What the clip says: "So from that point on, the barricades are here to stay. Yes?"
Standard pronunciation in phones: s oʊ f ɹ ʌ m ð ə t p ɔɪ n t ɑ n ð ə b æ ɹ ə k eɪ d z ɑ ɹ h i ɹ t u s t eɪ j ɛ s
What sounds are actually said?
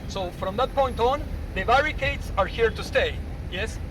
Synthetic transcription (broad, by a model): s oʊ f ɹ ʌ m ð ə t p ɔɪ n t ɑ n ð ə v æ ɹ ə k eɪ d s ɑ ɹ h i ɹ t u s t eɪ j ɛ s